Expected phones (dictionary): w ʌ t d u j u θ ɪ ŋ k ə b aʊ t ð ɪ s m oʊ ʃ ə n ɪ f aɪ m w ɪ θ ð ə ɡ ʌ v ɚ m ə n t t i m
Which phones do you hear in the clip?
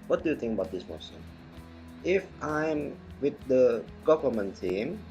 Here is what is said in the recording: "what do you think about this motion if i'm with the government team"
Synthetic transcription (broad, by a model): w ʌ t d u j u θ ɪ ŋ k ə b aʊ t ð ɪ s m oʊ s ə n ɪ f aɪ m w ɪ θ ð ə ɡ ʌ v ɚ m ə n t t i m